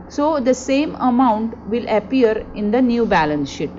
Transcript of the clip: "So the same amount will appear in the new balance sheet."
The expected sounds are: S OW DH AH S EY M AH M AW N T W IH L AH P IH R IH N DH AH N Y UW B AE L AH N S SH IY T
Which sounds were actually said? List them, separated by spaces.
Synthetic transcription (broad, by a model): S OW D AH S EY M AH M AW N T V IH L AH P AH R IH N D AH N Y UW B AE L AH N S SH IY T